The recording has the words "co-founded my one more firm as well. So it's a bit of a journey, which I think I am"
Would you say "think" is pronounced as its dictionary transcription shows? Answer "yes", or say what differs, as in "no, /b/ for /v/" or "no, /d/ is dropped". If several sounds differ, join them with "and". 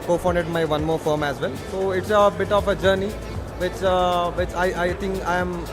no, /t/ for /θ/